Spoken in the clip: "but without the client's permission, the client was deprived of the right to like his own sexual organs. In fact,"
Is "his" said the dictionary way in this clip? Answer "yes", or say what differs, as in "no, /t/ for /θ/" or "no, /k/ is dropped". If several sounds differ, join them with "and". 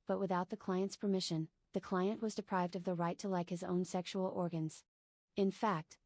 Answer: yes